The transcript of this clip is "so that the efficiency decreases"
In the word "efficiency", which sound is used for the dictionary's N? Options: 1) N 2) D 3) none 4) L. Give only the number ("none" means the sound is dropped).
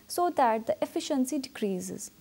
1